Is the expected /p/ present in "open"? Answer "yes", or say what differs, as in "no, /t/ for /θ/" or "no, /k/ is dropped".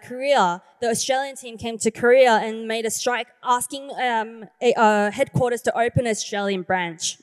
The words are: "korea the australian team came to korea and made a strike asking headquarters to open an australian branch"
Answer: no, /p/ is dropped